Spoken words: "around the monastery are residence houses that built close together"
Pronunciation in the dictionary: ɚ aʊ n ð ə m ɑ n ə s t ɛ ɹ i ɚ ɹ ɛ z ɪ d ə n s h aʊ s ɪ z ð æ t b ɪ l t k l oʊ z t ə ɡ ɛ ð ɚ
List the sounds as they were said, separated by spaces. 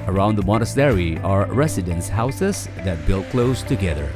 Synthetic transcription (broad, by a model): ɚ aʊ n ð ə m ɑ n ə s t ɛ ɹ i ɚ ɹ ɛ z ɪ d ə n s h aʊ s ɪ z ð æ t b ɪ l t k l oʊ z t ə ɡ ɛ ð ɚ